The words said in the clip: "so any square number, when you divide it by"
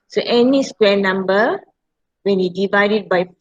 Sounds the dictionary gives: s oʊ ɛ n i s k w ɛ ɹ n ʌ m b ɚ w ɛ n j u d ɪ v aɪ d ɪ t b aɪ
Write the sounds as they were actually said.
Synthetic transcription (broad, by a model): s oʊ ɛ n i s k w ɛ n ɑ m b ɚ w ɛ n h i d ɪ v aɪ d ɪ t b aɪ